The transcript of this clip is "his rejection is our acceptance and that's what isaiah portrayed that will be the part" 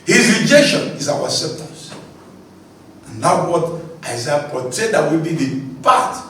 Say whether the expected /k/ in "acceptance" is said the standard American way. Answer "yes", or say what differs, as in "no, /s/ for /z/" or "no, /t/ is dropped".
no, /k/ is dropped